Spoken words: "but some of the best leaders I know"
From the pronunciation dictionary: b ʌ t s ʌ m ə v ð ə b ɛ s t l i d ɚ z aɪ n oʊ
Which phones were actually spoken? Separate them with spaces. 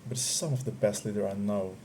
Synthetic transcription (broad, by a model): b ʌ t s ʌ m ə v ð ə b ɛ s t l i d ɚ aɪ n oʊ